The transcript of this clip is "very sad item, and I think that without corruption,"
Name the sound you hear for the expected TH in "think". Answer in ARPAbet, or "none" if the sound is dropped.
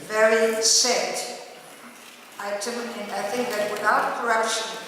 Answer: TH